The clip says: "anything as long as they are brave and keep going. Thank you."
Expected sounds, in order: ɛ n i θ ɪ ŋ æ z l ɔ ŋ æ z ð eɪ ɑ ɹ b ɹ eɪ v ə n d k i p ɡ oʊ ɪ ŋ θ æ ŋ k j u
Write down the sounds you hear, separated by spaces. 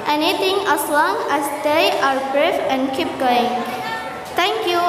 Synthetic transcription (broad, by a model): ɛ n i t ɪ ŋ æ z l ɔ ŋ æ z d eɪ ɑ ɹ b ɹ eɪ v ə n d k i p ɡ oʊ ɪ ŋ t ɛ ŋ k j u